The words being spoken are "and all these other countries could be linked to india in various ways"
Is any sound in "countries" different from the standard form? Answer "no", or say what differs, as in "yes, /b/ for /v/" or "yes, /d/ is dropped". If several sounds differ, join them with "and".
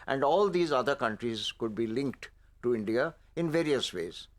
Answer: no